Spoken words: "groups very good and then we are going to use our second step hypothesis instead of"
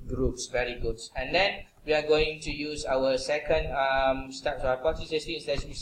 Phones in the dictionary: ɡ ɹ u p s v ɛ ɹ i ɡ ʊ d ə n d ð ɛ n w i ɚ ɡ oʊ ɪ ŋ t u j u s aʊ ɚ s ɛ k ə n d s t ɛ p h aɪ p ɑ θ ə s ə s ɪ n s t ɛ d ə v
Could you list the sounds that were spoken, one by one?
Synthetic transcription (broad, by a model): ɡ ɹ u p s v ɛ ɹ i ɡ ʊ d ə n d ɛ n w i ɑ ɡ oʊ ɪ ŋ t u j u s aʊ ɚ s ɛ k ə n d s t ɛ p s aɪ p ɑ t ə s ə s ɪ s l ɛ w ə